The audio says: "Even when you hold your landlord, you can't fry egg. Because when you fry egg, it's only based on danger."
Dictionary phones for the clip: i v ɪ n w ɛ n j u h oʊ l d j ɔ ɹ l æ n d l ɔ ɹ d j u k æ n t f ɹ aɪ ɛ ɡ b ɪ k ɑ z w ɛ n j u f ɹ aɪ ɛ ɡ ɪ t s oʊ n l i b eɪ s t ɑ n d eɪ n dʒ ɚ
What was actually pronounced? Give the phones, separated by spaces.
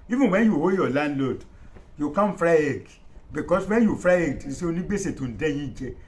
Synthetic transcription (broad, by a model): i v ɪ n w ɛ n j u h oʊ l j ɔ l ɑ n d l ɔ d j u k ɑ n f ɹ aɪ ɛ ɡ b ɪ k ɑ s w ɛ n j u f ɹ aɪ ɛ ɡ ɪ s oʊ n i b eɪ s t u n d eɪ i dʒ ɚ